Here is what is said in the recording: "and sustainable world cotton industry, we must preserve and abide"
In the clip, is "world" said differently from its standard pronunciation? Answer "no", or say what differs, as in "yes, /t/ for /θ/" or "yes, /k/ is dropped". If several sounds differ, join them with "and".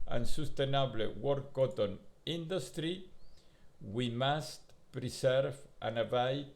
yes, /l/ is dropped